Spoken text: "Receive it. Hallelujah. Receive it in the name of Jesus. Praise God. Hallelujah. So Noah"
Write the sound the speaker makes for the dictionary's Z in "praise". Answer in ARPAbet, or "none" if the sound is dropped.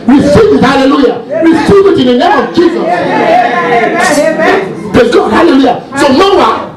none